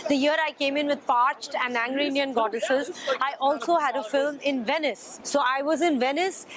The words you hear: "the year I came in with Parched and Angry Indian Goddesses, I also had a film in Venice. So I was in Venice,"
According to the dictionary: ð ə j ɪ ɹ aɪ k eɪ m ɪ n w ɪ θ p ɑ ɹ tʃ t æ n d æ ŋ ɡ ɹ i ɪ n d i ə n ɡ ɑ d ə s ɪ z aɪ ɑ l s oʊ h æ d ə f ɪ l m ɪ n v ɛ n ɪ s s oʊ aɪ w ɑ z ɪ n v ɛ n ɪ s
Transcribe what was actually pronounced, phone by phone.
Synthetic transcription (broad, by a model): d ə j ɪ ɹ aɪ k eɪ m ɪ n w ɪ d p ɑ ɹ tʃ t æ n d æ ŋ ɡ ɹ i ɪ n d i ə n ɡ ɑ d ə s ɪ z aɪ ɑ l s oʊ h æ d ə f ɪ l m ɪ n v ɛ n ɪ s s oʊ aɪ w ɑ z ɪ n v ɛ n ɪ s